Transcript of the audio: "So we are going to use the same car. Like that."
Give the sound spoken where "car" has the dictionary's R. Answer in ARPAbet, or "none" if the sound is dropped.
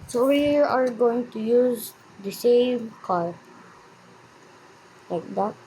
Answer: L